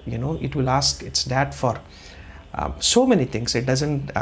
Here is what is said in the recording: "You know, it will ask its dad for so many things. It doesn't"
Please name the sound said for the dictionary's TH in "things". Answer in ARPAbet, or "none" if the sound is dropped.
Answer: T